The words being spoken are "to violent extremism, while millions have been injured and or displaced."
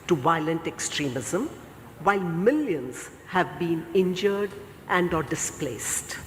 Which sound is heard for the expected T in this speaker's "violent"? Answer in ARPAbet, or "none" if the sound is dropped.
T